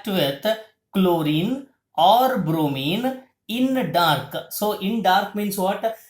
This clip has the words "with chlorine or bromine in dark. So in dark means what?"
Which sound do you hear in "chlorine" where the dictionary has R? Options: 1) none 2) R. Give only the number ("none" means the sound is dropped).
2